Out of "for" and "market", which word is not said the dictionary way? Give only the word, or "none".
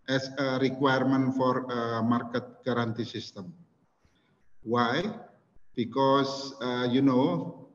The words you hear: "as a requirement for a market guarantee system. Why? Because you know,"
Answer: none